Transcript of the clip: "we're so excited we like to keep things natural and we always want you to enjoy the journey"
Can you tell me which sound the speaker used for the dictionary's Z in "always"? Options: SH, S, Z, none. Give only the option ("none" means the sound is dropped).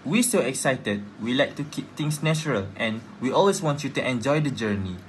S